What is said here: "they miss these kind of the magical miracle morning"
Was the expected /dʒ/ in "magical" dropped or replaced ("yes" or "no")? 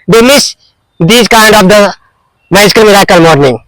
yes